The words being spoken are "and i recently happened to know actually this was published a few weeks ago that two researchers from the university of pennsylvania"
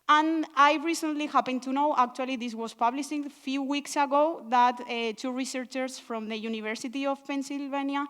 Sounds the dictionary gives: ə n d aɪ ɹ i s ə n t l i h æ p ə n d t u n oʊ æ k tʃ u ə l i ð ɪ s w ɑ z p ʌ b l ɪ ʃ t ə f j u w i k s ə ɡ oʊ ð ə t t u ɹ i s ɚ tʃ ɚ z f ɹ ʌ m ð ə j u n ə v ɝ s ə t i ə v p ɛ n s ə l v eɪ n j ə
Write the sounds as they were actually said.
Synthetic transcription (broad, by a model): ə n aɪ ɹ i s ə n t l i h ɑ p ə n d t u n oʊ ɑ k tʃ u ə l i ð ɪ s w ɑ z p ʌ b l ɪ ʃ ə f j u w i k s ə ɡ oʊ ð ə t t u ɹ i s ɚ tʃ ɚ s f ɹ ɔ m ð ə j u n ə v ɝ s ə t i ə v p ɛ n s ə l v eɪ n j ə